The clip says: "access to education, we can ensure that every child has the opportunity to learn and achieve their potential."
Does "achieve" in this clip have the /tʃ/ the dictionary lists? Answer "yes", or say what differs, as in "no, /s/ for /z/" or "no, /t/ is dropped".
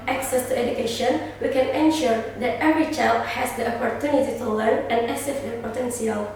no, /s/ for /tʃ/